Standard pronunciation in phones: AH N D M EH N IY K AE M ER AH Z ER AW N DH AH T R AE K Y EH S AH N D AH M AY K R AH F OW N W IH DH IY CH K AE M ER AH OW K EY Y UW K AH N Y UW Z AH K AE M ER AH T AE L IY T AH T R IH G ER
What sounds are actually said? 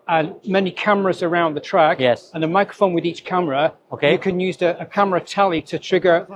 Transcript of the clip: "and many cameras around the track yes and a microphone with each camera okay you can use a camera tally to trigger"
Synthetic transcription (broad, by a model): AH N M EH N IY K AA M ER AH Z ER AW N DH AH T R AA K Y EH S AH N AH M AY K R AH F OW N W IH DH IY CH K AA M ER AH OW K EY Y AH K AH N Y UW Z AH K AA M ER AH T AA L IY T AH T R IH G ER